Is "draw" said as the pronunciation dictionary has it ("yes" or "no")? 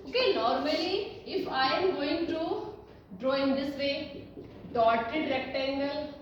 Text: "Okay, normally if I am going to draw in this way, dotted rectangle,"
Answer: yes